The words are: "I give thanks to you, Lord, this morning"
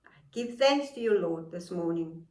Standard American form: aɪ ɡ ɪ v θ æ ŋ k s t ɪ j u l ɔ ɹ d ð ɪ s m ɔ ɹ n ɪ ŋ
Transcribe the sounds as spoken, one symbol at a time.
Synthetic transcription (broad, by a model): ɡ ɪ v θ æ ŋ k s t ɪ j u l ɔ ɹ d ð ɪ s m ɔ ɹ n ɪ ŋ